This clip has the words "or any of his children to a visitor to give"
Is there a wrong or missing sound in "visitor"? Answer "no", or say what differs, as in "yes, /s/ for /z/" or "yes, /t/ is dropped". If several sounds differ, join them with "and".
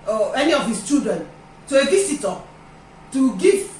yes, /s/ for /z/